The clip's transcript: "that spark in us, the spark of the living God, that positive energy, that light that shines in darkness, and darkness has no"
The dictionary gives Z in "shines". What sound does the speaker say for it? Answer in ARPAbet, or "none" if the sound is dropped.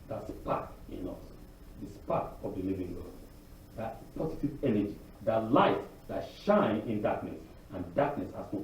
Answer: none